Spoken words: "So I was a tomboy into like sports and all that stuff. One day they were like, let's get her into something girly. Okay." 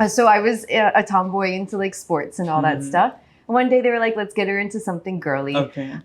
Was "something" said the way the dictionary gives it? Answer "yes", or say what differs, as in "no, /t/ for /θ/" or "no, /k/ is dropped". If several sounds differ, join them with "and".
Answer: yes